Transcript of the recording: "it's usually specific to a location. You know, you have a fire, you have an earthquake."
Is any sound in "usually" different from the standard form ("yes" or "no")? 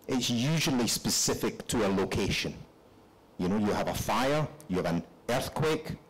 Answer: no